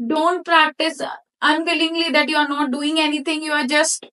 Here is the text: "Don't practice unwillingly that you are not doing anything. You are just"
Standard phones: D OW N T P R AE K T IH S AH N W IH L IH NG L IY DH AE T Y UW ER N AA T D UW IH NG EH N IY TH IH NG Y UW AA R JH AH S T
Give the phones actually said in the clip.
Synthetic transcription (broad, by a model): D OW N T P R AE K T IH S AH N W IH L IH NG L IY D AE T Y UW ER N AA T D UW IH NG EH N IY T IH NG Y UW AA R JH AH S T